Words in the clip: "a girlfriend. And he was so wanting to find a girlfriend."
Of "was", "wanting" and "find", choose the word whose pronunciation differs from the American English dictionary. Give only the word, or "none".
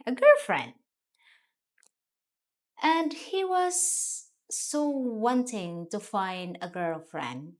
none